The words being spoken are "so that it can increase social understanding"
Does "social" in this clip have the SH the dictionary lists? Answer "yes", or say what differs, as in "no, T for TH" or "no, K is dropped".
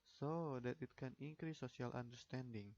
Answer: no, SH is dropped